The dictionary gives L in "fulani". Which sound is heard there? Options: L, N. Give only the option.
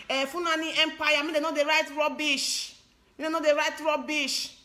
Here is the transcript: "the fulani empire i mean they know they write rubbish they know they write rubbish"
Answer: N